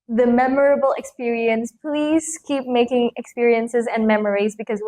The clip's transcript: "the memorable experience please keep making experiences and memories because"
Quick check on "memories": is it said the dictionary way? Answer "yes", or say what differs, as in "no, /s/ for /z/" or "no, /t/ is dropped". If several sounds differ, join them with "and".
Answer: yes